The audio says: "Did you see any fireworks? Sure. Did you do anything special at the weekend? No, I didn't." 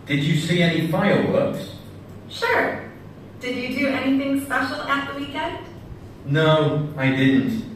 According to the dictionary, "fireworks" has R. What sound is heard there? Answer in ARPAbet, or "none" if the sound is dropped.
L